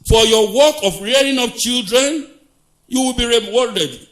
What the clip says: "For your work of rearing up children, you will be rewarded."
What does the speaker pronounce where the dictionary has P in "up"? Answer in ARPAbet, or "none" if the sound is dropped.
F